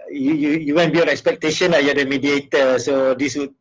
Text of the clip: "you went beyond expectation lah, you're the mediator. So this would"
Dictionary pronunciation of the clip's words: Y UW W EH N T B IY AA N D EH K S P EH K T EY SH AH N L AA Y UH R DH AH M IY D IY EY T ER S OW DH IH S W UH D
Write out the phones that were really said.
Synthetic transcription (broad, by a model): Y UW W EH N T B IY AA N EH K S P EH K T EY SH AH N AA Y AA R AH M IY D IY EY T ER S OW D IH S W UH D